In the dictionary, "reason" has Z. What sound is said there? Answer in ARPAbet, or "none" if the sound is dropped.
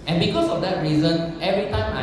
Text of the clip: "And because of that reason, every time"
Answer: Z